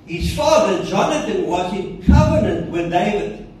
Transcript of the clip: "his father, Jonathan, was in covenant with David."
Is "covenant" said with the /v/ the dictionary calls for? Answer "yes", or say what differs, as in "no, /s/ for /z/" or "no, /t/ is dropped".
yes